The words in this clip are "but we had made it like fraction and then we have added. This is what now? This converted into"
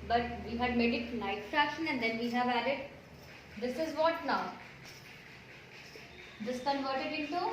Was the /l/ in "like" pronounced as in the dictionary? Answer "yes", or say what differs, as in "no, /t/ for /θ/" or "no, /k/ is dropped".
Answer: no, /n/ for /l/